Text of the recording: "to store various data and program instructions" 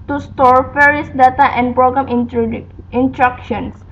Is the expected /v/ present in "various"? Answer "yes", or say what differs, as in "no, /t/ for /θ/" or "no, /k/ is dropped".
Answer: no, /f/ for /v/